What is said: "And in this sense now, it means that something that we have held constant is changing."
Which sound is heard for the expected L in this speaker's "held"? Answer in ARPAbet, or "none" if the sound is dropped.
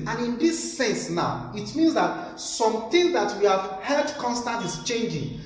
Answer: none